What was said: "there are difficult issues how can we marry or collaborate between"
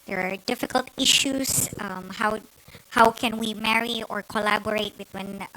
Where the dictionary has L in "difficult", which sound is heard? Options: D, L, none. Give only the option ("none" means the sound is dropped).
L